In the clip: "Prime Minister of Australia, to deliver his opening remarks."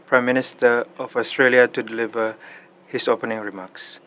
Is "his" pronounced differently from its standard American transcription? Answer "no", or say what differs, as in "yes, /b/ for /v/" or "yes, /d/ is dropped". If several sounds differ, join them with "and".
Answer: yes, /s/ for /z/